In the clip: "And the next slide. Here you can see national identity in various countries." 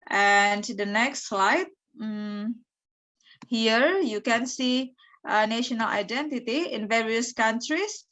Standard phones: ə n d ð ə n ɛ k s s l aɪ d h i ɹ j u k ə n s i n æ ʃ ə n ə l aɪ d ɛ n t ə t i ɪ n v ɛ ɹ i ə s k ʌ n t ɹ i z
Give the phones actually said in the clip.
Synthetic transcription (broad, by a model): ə n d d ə n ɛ k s s l aɪ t h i ɹ j u k ə n s i n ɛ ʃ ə n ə l aɪ d ɛ n t ə t i ɪ n v ɛ ɹ i ə s k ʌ n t ɹ i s